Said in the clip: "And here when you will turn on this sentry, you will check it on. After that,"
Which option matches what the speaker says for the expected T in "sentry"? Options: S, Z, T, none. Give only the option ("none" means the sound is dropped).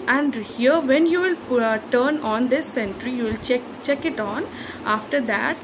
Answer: T